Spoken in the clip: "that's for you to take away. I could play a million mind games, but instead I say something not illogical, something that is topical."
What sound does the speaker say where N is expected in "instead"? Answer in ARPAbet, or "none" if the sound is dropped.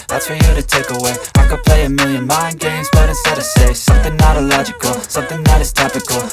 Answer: none